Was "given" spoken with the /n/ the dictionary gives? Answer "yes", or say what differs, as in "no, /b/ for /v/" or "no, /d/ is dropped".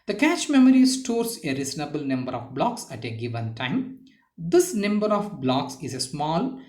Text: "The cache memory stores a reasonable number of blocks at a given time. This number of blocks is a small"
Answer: yes